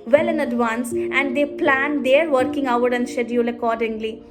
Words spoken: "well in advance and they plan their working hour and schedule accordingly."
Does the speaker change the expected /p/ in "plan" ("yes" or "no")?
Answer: no